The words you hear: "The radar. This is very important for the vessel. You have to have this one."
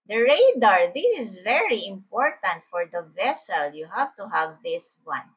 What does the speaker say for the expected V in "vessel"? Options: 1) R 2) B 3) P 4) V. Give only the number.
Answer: 4